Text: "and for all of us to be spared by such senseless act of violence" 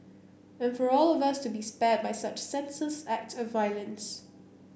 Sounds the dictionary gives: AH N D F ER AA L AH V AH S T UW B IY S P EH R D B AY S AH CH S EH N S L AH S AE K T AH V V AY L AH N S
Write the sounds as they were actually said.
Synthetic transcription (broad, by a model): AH N F ER AA L AH V AH S T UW B IY S P EH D B AY S AH CH S EH N S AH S AE K T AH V V AY L AH N S